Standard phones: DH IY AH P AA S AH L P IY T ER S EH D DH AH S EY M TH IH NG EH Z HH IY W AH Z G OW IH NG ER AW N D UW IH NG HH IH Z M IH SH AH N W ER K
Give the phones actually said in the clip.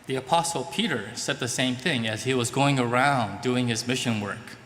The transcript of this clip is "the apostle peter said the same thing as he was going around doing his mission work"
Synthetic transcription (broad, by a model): DH IY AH P AA S L P IY T ER S EH D DH AH S EY M TH IH NG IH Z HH IY W AH Z G OW IH NG ER AW N D UW IH NG IH Z M IH SH AH N W ER K